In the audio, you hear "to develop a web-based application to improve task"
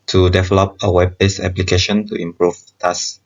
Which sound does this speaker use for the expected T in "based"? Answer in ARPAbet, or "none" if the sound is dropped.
none